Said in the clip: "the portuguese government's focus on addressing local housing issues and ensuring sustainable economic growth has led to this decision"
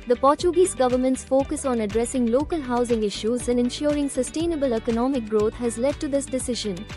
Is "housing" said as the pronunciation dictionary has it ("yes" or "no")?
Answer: yes